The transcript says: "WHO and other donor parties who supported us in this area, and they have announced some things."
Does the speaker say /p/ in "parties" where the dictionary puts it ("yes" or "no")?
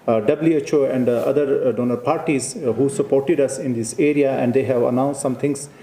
yes